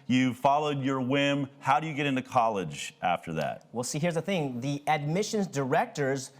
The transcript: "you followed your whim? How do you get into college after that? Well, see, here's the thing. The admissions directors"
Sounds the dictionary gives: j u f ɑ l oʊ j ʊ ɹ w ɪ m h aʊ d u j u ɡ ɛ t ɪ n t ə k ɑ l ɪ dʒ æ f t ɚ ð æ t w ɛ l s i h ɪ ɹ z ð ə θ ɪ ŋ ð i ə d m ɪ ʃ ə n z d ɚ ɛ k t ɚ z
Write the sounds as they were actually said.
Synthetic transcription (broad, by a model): j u f ɑ l oʊ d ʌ ɹ w ɪ m h aʊ d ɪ j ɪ ɡ ɛ t ɪ n t ə k ɑ l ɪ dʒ æ f t ɚ ð æ t w ɛ l s i h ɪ ɹ z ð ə θ ɪ ŋ ð i ə d m ɪ ʃ ə n z d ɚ ɛ k t ɚ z